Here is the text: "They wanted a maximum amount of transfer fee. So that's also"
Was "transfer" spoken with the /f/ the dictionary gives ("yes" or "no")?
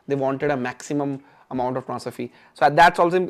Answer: no